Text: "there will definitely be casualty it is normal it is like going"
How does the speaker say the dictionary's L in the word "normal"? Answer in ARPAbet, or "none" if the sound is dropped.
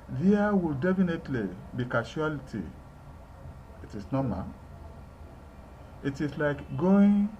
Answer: N